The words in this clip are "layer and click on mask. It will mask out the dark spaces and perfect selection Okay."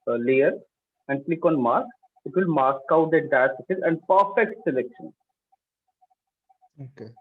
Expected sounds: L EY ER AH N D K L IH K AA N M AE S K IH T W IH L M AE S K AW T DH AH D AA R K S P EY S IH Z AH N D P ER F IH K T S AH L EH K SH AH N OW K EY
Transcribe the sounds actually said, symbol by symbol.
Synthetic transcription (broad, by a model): L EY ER AH N D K L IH K AA N M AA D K IH T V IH L M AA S K AW T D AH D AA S EY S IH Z AH N D P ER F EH K T S AH L EH K SH AH N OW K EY